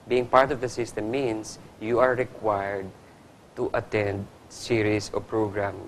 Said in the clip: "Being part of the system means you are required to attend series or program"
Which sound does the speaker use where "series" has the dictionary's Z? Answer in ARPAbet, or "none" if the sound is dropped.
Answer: S